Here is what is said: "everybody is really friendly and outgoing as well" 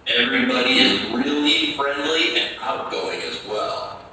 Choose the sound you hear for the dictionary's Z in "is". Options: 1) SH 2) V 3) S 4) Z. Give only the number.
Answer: 4